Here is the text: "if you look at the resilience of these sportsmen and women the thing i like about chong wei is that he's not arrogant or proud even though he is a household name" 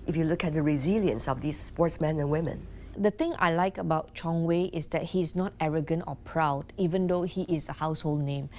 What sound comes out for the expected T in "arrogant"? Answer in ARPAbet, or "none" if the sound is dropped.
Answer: T